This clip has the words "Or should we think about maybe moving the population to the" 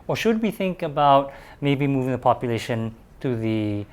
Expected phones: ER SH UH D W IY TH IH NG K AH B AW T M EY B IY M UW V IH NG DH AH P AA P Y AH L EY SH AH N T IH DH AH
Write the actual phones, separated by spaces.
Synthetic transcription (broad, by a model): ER SH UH D W IY TH IH NG K AH B AW T M EY B IY M UW V IH NG DH AH P AA P Y AH L EY SH AH N T IH DH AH